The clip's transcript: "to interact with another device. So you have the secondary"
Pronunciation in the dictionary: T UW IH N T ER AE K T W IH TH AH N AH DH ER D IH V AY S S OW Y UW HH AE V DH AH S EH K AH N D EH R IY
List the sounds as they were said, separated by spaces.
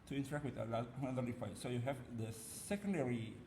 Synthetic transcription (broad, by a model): T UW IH N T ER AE K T W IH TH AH L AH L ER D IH F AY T S OW Y UW HH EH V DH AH S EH K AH N D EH R IY